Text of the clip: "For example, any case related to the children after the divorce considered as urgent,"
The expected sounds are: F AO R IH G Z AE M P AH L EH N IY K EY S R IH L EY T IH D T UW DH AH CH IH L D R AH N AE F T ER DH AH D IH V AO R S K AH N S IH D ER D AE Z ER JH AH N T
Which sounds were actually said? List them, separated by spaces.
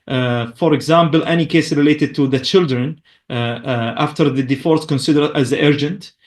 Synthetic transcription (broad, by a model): F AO R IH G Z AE M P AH L EH N IY K EY S R IH L EY T IH D T UW DH AH CH IH L D R AH N AE F T ER DH AH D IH F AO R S K AH N S IH D ER D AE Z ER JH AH N T